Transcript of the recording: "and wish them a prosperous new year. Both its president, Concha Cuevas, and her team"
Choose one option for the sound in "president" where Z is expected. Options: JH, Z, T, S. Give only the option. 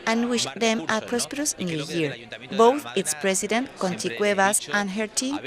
S